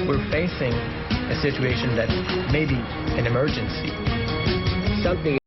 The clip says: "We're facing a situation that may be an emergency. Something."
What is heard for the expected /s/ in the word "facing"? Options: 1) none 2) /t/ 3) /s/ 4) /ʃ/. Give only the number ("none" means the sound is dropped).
3